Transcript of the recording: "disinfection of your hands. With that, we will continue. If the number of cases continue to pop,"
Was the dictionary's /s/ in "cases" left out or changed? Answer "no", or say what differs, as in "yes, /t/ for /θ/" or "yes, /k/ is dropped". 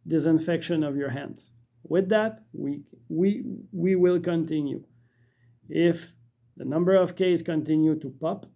yes, /s/ is dropped